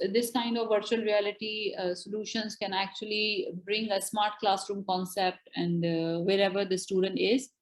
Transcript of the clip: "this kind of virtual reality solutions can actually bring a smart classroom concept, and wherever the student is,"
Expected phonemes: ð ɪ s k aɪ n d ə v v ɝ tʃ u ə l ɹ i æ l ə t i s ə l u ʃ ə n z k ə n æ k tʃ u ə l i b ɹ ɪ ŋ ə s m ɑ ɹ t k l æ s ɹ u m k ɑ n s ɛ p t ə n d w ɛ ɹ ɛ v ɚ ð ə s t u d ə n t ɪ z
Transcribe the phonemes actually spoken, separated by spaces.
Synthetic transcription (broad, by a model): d ɪ s k aɪ n d ə v v ɝ tʃ u ə l ɹ i æ l ə t i s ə l u ʃ ə n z k ə n æ k tʃ u ə l i b ɹ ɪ ŋ ə s m ɑ ɹ t k l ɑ s ɹ u m k ɑ n s ɛ p t ə n d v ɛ ɹ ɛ v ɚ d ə s t u d ə n t ɪ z